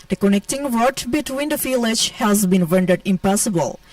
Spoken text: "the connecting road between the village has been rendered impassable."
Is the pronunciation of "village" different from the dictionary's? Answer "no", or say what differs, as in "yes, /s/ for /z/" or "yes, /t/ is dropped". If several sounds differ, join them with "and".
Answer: yes, /f/ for /v/